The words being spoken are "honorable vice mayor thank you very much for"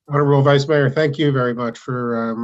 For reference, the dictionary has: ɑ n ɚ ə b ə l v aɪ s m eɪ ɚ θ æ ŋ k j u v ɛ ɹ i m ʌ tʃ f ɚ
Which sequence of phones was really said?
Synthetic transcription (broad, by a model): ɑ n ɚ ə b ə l v aɪ s m eɪ ɚ θ æ ŋ k j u v ɛ ɹ i m ʌ tʃ f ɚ